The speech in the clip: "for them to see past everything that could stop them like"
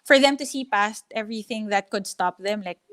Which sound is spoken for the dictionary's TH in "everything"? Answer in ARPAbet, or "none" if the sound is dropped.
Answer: TH